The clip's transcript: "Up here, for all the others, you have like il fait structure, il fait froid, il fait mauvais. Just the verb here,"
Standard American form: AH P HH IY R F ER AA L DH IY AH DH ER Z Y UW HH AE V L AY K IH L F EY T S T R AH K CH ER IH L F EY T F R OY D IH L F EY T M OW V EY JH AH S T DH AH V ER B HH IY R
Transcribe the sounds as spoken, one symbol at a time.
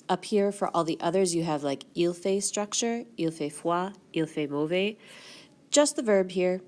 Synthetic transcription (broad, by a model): AH P HH IY R F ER AA L DH IY AH DH ER Z Y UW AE V L AY K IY L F EY S T R AH K CH ER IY L F EY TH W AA IY L F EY M OW V EY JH AH S T DH AH V ER B HH IY R